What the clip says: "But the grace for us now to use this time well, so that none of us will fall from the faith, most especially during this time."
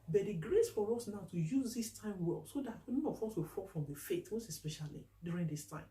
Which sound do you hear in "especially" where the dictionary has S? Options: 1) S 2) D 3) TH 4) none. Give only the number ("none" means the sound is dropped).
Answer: 1